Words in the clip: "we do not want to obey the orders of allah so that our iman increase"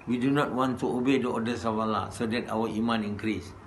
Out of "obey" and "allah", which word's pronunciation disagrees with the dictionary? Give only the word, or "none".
none